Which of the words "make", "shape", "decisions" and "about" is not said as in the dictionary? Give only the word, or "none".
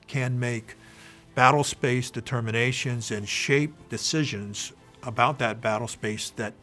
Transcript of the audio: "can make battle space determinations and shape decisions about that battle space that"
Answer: none